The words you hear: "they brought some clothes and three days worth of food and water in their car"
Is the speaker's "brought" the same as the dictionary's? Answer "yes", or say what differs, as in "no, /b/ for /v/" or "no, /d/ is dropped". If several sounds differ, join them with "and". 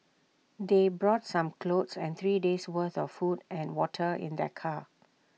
yes